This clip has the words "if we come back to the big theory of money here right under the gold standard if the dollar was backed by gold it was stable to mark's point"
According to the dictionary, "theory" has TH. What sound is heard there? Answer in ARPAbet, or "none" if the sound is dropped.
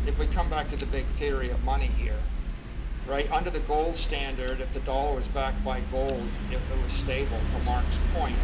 TH